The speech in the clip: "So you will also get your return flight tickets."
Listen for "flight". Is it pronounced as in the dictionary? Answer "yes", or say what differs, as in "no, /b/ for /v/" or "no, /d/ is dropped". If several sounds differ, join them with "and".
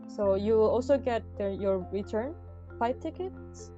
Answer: no, /l/ is dropped